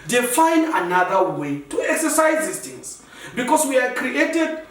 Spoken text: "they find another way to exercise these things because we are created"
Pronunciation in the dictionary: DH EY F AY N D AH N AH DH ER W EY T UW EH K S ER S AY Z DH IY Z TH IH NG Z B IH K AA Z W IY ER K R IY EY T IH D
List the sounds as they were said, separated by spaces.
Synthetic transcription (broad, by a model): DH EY F AY N AH N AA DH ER W EY T UW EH K S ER S AY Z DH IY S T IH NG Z B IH K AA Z W IY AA K R IY EY T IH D